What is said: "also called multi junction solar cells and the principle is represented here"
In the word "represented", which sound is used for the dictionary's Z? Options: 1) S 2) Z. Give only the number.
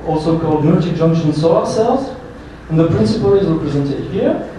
2